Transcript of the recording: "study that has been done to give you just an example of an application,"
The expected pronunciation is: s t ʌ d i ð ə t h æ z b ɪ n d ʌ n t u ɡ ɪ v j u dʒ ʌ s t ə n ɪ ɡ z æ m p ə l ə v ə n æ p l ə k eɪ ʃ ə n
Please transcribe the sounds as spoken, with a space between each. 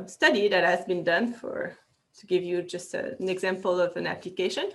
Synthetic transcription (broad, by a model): s t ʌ d i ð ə t h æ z b ɪ n d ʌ n t u ɡ ɪ v j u dʒ ʌ s t ə n ɪ ɡ z æ m p ə l ə v ə n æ p l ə k eɪ ʃ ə n